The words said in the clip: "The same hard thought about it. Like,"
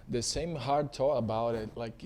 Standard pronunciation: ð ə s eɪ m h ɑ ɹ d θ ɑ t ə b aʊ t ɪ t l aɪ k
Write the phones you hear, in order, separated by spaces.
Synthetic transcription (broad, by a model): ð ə s eɪ m h ɑ ɹ d t ɑ ə b aʊ t ɪ t l aɪ k